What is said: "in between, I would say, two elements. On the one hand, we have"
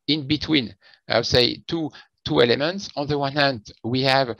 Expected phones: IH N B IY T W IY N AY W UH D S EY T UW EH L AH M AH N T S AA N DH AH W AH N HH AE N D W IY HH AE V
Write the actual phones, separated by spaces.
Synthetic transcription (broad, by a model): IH N B IY T W IY N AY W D S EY T UW EH L AH M AH N T S AA N DH AH W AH N HH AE N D W IY HH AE V